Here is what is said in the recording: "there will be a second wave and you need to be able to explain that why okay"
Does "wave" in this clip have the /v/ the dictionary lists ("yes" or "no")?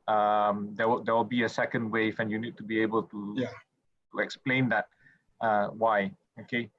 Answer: no